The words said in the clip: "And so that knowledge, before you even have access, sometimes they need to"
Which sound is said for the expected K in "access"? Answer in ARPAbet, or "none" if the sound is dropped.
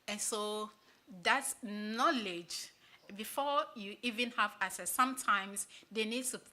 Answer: none